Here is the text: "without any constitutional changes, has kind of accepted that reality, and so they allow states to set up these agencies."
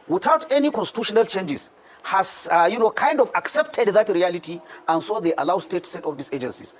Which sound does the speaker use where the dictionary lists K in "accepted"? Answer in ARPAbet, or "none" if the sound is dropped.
K